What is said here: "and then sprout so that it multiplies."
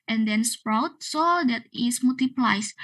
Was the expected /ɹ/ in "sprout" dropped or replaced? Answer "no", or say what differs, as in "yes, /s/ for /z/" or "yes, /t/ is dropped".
no